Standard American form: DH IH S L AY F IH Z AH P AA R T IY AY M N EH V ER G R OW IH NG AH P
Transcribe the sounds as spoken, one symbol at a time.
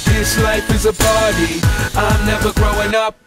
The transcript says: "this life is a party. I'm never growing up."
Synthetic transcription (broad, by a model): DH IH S L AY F IH Z AH P AA R T IY AY M N EH V ER G R OW IH NG AH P